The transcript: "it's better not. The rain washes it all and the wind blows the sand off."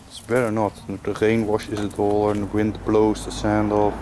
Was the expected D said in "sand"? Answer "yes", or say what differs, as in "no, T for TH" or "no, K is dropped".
yes